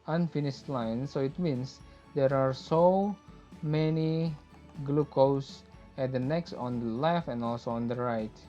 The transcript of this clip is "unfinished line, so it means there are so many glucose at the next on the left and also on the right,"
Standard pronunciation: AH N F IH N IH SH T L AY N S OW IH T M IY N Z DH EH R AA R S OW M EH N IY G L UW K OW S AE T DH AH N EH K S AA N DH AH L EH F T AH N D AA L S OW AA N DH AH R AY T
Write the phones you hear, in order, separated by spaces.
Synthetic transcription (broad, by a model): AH N F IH N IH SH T L AY N S OW IH T M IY N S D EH R AA R S OW M EH N IY G L UW K OW S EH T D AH N EH K S AA N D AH L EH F AH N AA L S OW AA N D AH R AY T